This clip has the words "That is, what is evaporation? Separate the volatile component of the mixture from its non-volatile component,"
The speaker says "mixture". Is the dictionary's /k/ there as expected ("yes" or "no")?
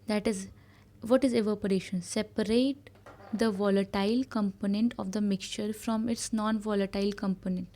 yes